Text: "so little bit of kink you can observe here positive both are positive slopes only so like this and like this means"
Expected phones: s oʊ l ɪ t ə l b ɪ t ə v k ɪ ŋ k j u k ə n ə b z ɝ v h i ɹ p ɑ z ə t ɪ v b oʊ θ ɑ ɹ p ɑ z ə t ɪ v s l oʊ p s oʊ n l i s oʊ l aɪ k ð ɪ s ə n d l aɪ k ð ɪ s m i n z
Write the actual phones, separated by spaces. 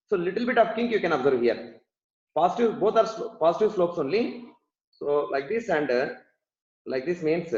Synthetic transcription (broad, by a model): s oʊ l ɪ t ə l b ɪ t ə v k ɪ ŋ k j u k ə n ə b z ɝ v h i ɹ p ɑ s t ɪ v b oʊ t ɑ ɹ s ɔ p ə t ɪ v s l oʊ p s oʊ n l i s oʊ l aɪ k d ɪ s ə n d l aɪ k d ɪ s m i n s